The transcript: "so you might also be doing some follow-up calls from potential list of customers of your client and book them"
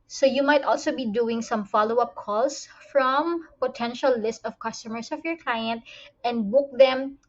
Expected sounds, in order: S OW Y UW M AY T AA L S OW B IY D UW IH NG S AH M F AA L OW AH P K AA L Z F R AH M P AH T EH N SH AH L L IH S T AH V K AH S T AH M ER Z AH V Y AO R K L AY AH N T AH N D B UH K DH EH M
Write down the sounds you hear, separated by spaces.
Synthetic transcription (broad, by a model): S OW Y UW M AY T AA L S OW B IY D UW IH NG S AH M F AA L OW AH P K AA L S F R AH M P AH T EH N SH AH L L IH S T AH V K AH S T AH M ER S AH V Y AO R K L AY AH N T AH N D B UH K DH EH M